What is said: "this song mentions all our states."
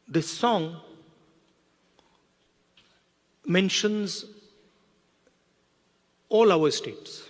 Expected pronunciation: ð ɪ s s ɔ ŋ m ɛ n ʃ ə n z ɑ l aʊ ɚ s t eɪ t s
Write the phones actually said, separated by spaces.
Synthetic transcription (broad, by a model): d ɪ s s ɔ ŋ m ɛ n ʃ ə n z ɑ l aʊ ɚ s t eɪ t s